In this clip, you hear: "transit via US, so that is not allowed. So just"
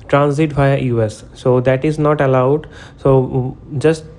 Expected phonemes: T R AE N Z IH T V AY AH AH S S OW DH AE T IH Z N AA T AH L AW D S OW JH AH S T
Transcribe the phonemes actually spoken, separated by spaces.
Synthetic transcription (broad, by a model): T R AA N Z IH T B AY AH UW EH S OW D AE T IH Z N AA T AH L AW D S OW JH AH S T